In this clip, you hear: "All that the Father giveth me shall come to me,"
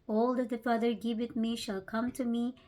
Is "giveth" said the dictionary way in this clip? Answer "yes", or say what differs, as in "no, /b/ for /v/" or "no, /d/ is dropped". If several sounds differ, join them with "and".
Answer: no, /t/ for /θ/